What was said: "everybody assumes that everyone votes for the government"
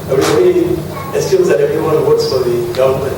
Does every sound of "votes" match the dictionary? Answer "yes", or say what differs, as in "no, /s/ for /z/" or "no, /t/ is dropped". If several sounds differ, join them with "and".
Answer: no, /w/ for /v/